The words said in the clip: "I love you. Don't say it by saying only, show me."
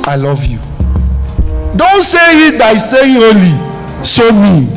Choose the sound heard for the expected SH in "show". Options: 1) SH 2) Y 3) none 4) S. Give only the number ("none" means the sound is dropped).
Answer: 4